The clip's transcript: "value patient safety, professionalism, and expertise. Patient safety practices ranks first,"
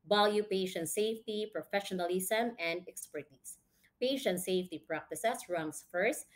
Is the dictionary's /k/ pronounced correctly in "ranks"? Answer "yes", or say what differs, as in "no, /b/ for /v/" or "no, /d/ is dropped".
no, /k/ is dropped